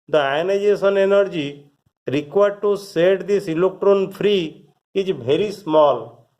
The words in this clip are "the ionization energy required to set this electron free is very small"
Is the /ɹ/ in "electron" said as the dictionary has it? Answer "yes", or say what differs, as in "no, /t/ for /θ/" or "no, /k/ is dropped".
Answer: yes